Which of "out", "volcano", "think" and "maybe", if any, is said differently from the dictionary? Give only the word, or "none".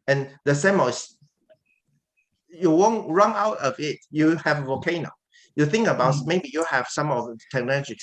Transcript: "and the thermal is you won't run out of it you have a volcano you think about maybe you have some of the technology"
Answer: volcano